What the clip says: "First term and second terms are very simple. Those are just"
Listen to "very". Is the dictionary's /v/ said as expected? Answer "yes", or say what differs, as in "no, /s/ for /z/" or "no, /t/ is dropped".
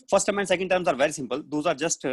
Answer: yes